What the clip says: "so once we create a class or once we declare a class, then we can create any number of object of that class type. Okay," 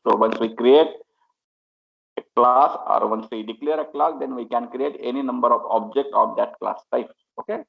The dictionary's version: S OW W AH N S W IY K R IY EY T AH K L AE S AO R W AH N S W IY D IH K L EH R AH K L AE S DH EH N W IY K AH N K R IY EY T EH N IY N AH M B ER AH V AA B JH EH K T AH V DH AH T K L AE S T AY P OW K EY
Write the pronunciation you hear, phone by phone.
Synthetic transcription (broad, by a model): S OW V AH N S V IY K R IY EY T AH K L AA S AO R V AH N S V IY D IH K L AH R AH K L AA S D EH N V IY K AH N K R IY EY T EH N IY N AH M B ER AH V AA B JH EH K T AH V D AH T K L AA S T AY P OW K EY